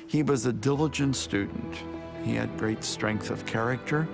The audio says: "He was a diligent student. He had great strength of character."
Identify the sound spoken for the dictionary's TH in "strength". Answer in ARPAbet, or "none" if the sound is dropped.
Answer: TH